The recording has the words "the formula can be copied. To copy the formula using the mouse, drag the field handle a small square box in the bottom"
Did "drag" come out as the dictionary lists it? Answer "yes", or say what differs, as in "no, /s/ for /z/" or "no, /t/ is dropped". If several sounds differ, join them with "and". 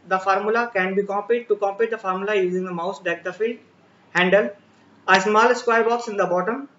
no, /ɹ/ is dropped